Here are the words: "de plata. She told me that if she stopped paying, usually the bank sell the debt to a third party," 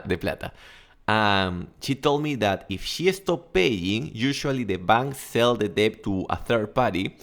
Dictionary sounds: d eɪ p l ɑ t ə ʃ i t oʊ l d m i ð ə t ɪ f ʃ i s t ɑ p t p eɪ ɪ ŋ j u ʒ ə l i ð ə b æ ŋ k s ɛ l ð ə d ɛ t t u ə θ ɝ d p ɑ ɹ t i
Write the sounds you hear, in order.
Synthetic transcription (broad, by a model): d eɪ p l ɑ t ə ʃ i t oʊ l d m i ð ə t ɪ f ʃ i s t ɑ p p eɪ ɪ ŋ j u ʃ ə l i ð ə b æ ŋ k s ɛ l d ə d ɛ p t u ə θ ɝ d p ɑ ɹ t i